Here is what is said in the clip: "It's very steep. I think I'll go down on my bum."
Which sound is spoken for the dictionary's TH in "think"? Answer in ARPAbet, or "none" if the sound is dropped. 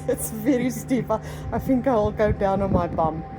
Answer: TH